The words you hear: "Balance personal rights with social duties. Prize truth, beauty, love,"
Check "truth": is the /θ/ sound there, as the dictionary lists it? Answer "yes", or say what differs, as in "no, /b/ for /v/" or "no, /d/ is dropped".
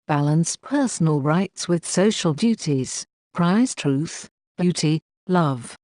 yes